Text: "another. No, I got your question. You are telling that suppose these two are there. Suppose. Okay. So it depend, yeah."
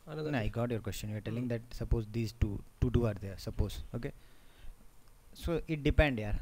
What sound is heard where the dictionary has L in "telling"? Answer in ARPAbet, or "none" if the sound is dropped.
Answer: L